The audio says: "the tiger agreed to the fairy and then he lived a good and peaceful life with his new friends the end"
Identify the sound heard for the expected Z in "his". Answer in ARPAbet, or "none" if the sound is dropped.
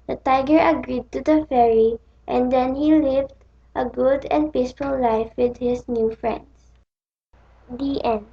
S